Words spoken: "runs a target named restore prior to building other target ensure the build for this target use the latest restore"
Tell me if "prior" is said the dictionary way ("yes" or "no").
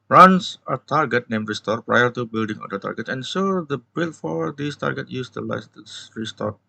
yes